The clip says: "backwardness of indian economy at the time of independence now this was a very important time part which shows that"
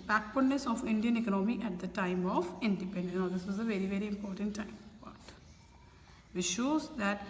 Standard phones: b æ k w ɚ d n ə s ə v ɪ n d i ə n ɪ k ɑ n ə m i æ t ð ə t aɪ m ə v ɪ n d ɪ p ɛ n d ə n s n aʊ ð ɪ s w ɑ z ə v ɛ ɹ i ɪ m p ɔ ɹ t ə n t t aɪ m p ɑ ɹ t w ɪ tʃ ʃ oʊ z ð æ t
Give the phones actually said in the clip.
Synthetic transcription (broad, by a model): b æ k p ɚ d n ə s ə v ɪ n d i ə n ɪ k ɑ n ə m i æ t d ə t aɪ m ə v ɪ n d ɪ p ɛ n d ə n n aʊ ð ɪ s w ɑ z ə v ɛ ɹ i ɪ m p ɔ ɹ t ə n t t aɪ m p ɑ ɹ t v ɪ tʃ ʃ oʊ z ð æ t